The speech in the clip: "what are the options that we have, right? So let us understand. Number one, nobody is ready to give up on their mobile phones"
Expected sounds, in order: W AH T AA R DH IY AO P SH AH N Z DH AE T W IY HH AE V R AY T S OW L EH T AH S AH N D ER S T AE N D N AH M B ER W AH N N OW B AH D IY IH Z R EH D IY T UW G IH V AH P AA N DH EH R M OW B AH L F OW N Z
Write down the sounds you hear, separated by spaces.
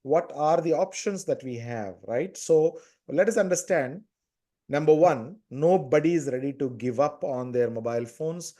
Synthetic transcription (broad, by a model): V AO T AA R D IY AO P SH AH N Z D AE T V IY HH AE V R AY T S OW L EH T AH S AH N D ER S T AE N D N AH M B ER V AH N N OW B AH D IY IH Z R EH D IY T UW G IH V AH P AA N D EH R M OW B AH L F OW N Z